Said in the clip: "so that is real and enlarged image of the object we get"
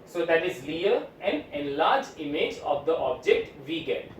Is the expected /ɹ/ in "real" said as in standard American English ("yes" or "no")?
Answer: no